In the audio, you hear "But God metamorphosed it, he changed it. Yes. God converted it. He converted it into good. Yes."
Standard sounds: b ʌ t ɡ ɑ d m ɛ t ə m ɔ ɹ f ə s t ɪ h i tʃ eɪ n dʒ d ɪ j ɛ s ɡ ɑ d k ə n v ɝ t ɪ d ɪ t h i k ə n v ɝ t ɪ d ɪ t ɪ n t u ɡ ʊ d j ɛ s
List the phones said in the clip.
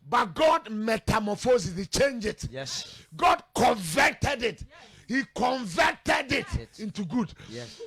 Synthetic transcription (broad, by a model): b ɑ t ɡ ɑ d m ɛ t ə m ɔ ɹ f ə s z ɪ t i tʃ eɪ n dʒ ɪ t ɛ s ɡ ɑ d k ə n v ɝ t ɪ d ɪ t h i k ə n v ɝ t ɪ d ɪ t ɪ n t u ɡ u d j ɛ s